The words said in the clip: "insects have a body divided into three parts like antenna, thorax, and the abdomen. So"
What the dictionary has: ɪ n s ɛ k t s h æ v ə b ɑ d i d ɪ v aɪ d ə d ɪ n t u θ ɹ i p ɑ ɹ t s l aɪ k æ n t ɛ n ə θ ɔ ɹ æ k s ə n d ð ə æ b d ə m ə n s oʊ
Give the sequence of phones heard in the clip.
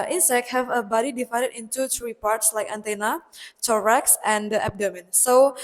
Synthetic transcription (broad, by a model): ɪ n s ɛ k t h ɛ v ə b ɑ d i d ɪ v aɪ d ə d ɪ n t u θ ɹ i p ɑ ɹ t s l aɪ k æ n t ɛ n ə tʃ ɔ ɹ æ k s ə n d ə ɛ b d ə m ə n s oʊ